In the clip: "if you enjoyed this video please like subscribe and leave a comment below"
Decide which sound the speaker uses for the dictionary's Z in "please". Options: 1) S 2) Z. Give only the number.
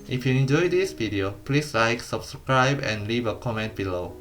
1